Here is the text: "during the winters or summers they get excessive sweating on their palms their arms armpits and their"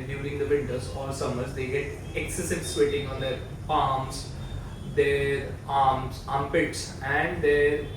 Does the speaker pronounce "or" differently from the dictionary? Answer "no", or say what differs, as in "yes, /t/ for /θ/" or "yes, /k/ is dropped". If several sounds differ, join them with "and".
yes, /l/ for /ɹ/